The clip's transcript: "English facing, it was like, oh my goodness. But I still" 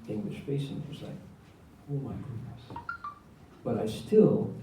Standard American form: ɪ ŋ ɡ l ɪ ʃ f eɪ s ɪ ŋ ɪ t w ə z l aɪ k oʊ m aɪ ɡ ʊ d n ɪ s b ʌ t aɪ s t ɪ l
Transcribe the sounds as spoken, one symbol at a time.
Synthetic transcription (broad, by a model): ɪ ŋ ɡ l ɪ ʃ p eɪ ɪ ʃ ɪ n w ə z l aɪ k oʊ m aɪ ɡ ʊ d n ɪ s b ʌ t aɪ s t ɪ l